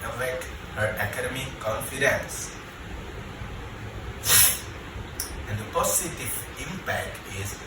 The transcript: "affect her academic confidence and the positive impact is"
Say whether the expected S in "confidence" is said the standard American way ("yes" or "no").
yes